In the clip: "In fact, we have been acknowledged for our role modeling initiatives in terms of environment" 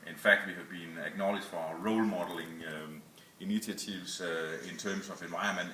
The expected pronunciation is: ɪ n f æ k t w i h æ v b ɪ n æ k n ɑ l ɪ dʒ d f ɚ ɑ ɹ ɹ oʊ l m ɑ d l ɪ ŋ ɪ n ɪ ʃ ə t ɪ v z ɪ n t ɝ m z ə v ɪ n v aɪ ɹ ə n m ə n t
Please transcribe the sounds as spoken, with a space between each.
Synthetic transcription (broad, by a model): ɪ n f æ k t w i h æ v b ɪ n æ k n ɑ l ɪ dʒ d f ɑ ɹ ɹ oʊ l m ɑ d l ɪ ŋ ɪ n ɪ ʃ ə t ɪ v s ɪ n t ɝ m s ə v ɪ n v aɪ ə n m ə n